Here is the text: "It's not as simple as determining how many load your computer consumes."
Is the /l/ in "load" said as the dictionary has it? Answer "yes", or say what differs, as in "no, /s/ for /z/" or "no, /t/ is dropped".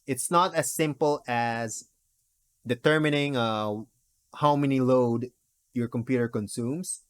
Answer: yes